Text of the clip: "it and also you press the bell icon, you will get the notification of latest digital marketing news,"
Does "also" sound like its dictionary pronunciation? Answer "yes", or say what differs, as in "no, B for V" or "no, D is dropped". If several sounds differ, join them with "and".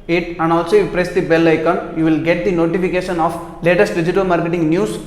yes